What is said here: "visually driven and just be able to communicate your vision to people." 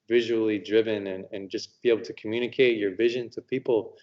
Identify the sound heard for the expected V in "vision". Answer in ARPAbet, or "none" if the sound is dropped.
V